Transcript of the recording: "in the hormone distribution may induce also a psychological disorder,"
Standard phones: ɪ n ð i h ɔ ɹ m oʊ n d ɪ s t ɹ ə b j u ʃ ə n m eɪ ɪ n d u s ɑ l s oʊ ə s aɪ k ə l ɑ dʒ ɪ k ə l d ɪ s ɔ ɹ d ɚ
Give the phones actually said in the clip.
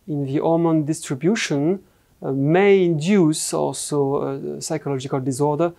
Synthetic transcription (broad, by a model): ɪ n ð i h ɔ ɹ m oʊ n d ɪ s t ɹ ə b j u ʃ ə n m eɪ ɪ n d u s ɑ l s oʊ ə s aɪ k ə l ɑ dʒ ɪ k ə l d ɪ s ɔ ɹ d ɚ